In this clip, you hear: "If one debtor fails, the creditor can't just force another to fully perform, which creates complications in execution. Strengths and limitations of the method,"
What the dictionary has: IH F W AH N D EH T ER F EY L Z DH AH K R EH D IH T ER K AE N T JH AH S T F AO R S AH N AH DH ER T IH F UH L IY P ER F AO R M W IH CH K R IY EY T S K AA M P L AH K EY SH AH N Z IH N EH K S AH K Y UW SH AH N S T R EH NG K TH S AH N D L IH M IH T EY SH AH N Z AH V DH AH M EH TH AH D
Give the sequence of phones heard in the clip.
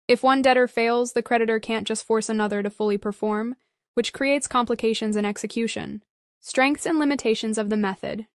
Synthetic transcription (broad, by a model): IH F W AH N D EH T ER F EY L Z DH AH K R EH D IH T ER K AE N JH AH S T F AO R S AH N AH DH ER T IH F UH L IY P ER F AO R M W IH CH K R IY EY T S K AA M P L AH K EY SH AH N Z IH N EH K S AH K Y UW SH AH N S T R EH NG K TH S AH N L IH M IH T EY SH AH N Z AH V DH AH M EH TH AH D